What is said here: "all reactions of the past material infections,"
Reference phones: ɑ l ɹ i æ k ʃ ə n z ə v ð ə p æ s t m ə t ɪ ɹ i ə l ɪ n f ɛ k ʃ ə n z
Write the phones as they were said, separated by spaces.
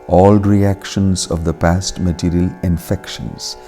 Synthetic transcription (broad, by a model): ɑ l ɹ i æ k ʃ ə n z ə v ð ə p æ s t m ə t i ɹ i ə l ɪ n f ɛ k ʃ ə n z